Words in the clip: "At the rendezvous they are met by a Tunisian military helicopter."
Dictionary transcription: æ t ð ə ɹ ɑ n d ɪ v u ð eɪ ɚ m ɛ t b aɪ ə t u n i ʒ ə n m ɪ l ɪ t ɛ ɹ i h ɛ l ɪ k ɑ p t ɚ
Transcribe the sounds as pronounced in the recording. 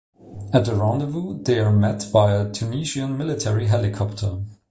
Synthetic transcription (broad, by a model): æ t ð ə ɹ ɑ n d ɪ v u ð eɪ ɚ m ɛ t b aɪ ə t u n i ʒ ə n m ɪ l ɪ t ɛ ɹ i h ɛ l ɪ k ɑ p t ɚ